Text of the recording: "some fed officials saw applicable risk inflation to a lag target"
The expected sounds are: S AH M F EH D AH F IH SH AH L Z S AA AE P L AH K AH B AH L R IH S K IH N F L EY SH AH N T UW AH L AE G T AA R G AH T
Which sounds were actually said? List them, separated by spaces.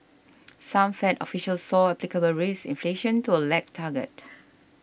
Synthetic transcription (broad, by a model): S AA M F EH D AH F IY SH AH L S AA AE P L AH K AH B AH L R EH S IH N F L EY SH AH N T UW AH L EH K T AA G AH T